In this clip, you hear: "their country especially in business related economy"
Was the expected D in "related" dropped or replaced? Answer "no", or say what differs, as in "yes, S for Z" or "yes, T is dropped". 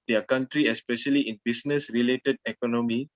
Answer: no